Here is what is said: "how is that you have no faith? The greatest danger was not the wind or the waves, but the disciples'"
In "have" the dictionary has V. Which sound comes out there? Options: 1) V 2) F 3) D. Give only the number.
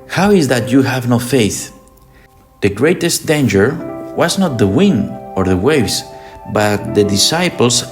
1